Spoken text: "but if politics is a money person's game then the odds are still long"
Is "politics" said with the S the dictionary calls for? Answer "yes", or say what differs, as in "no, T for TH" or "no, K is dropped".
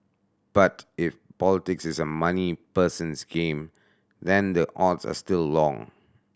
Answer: yes